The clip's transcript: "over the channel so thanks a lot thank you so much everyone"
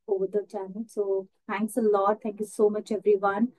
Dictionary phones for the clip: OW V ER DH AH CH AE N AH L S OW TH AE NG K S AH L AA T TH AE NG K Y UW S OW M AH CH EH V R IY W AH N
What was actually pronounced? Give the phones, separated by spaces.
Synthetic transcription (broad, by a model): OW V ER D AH CH AE N AH L S OW T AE NG K S AH L AA T T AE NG K Y UW S OW M AH CH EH V R IY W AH N